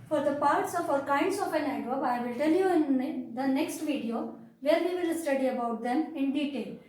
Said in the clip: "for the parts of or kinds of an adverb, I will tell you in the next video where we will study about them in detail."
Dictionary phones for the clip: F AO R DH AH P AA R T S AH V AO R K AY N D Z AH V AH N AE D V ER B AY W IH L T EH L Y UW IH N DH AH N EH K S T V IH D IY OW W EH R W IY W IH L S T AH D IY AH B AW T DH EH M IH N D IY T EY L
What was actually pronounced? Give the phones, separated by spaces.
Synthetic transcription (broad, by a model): F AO R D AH P AA R T S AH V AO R K AY N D S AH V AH N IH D ER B AY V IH L T EH L Y UW IH N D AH N EH K S T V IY D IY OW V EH R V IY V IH L S T AH D IY AH B AW T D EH M IH N D IY T EY L